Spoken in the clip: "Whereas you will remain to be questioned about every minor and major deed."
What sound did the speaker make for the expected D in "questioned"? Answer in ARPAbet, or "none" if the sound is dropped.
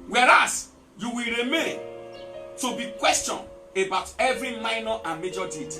none